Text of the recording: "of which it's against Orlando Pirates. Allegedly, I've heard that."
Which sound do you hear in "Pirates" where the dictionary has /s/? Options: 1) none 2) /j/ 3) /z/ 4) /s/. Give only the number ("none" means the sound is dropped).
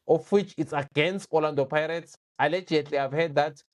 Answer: 4